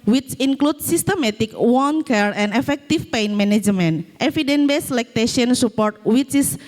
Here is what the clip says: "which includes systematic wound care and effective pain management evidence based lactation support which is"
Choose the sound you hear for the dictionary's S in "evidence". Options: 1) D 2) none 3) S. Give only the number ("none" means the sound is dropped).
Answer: 2